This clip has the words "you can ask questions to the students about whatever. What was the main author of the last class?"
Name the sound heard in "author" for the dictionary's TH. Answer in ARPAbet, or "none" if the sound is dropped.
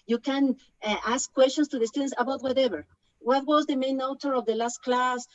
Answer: T